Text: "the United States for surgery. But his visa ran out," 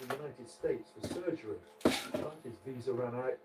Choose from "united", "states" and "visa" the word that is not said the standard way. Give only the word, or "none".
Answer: none